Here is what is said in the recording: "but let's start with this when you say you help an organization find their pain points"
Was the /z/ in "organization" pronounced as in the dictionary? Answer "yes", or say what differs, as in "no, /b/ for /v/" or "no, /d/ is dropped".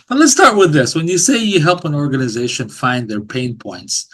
yes